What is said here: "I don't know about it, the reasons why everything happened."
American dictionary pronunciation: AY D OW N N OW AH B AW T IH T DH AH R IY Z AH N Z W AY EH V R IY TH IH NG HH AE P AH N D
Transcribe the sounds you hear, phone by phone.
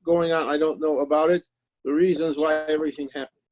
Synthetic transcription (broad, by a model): AY D OW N N OW AH B AW T IH T DH AH R IY Z AH N Z W AY EH V R IY TH IH NG HH AE P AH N